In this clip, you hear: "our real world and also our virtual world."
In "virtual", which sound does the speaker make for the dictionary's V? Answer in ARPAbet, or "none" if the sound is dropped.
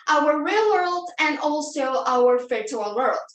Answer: F